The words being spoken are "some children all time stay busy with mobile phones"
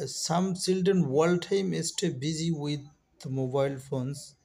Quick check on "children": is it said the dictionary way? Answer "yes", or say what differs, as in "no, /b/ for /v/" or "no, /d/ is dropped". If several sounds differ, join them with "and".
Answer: no, /s/ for /tʃ/ and /ɹ/ is dropped